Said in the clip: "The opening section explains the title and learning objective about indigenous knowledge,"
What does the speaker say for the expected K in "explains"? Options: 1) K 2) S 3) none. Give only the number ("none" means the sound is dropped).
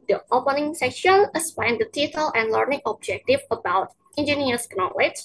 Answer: 3